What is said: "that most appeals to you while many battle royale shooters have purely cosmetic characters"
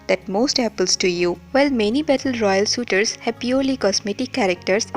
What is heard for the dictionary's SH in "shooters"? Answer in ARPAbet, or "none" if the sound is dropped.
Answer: S